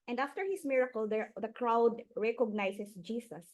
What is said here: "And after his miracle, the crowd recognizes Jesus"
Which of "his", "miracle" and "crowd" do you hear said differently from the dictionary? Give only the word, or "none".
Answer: his